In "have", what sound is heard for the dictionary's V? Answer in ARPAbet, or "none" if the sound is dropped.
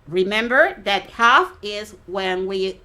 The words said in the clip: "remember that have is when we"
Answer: F